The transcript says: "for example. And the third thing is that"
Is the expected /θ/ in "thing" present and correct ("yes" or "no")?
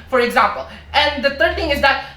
yes